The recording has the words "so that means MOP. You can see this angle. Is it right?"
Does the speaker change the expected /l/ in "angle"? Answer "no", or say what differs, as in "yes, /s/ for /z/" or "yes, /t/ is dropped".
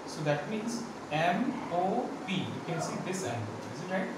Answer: yes, /n/ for /l/